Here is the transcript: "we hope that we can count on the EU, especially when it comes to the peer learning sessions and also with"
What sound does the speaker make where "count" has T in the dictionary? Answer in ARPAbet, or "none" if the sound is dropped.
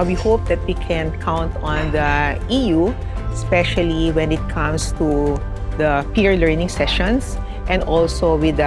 T